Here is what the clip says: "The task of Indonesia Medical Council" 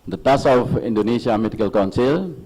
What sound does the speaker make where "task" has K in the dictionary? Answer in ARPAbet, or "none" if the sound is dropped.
none